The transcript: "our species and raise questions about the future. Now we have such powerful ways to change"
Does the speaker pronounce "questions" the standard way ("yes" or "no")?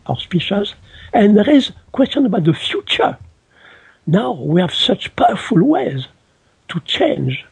no